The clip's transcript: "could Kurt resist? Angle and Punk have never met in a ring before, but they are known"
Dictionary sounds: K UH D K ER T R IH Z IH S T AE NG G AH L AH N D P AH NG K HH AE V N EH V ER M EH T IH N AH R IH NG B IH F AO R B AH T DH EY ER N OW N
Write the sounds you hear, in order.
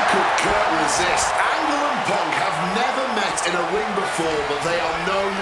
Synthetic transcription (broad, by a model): K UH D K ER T R IH Z IH S T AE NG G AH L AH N P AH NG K HH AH V N EH V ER M EH T IH N AH W IH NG B IH F AO R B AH T DH EY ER N OW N